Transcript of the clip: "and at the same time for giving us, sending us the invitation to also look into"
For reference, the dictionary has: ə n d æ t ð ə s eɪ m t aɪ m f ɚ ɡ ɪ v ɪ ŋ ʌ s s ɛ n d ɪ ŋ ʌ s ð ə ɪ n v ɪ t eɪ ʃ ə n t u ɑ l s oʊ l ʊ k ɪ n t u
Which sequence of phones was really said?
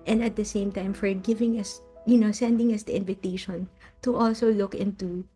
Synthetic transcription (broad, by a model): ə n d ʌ t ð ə s eɪ m t aɪ m f ɚ ɡ ɪ v ɪ ŋ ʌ s s ɛ n d ɪ ŋ ʌ s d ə ɪ n v ɪ t eɪ ʃ ə n t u ɑ l s oʊ l ʊ k ɪ n t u